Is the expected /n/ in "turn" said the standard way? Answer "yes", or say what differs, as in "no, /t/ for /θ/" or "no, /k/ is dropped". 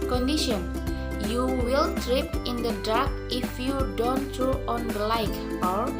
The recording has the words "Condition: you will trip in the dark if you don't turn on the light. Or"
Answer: no, /n/ is dropped